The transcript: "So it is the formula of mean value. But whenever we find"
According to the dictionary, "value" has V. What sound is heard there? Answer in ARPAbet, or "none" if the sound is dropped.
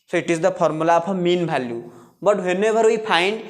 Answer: B